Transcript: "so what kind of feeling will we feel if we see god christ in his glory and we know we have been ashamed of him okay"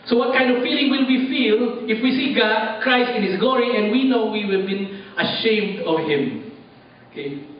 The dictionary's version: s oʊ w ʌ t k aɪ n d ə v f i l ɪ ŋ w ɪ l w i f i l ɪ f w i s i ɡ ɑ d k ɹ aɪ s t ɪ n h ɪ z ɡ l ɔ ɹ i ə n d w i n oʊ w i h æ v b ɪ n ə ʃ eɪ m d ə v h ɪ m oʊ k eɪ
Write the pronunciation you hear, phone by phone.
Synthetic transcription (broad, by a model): s oʊ w ʌ t k aɪ n d ə v f i l ɪ ŋ w ɪ l w i f i l ɪ f w i s i ɡ ɑ d k ɹ aɪ s t ɪ n h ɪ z ɡ l ɔ ɹ i ə n d w i n oʊ w i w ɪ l b ɪ n ə ʃ eɪ m d ə v h ɪ m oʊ k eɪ